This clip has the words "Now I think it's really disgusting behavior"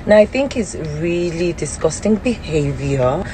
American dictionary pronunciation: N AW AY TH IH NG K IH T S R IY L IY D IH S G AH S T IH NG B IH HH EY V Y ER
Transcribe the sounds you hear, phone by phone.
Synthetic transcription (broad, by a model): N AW AY TH IH NG K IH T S R IY L IY D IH S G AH S T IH NG B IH HH EY V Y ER